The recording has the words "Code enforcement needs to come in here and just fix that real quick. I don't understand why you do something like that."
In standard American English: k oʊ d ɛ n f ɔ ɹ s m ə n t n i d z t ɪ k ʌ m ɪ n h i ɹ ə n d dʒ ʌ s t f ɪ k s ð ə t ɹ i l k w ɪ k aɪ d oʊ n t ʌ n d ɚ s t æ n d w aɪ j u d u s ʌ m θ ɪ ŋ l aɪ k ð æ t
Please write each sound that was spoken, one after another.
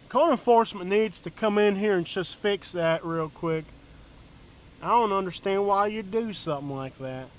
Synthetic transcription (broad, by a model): k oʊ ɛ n f ɔ ɹ s m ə n n i d z t ɪ k ʌ m ɪ n h i ɹ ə n dʒ ʌ s t f ɪ k s ð ə t ɹ i l k w ɪ k aɪ d oʊ n t ʌ n d ɚ s t æ n d w aɪ j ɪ d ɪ s ʌ m θ ɪ ŋ l aɪ k ð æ t